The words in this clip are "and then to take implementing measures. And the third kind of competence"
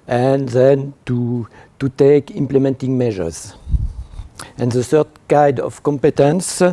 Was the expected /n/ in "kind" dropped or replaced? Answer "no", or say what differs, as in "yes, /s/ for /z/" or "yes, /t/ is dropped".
yes, /n/ is dropped